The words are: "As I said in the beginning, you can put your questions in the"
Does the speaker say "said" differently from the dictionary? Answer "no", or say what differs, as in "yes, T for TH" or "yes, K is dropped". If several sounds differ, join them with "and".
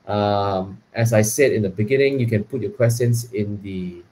no